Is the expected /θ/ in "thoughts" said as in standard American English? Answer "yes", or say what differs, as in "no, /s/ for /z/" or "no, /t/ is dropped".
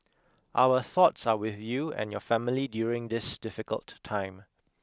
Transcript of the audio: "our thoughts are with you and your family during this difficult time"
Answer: yes